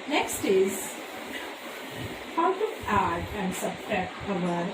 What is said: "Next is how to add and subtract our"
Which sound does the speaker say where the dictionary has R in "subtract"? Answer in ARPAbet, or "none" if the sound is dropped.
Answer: none